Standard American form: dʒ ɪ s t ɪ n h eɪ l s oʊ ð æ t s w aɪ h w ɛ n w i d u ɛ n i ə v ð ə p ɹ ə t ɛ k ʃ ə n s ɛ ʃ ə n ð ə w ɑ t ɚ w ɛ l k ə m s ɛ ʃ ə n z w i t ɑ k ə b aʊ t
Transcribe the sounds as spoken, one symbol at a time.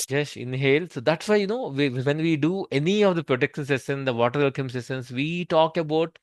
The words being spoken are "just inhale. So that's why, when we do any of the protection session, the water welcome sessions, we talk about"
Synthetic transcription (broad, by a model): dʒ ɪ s ɪ n h eɪ l s oʊ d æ t s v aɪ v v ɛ n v i d u ɛ n i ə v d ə p ɹ ə t ɛ k ʃ ə n s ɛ s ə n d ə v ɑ t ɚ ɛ l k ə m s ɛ s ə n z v i t ɑ k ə b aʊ t